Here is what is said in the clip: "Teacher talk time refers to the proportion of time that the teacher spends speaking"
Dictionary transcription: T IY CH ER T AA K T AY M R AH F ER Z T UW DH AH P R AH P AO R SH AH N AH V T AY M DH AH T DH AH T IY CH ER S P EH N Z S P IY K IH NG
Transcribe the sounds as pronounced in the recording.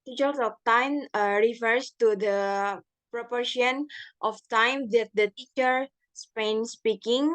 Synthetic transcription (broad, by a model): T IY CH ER S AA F T AY M R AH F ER S T UW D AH P R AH P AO R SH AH N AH F T AY M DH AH T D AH T IY CH ER S P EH N S P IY K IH NG